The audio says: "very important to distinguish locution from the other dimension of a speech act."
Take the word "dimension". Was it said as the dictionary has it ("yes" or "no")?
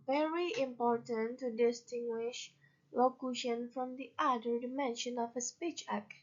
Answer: yes